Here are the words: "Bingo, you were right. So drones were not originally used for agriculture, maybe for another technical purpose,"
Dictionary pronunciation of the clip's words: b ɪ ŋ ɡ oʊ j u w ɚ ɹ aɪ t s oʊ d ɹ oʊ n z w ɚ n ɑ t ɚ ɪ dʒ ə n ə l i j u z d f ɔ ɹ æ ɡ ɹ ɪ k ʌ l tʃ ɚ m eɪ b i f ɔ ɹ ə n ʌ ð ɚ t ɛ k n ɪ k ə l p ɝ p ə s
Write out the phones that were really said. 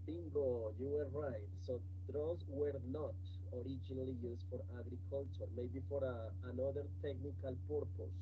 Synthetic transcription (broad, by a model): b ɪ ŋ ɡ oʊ j u w ɚ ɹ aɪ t s oʊ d ɹ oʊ z w ɚ n ɑ t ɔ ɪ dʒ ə n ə l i j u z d f ɔ ɹ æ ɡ ɹ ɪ k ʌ l tʃ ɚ m eɪ b i f ɔ ɹ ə n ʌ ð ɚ t ɛ k n ɪ k ə l p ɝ p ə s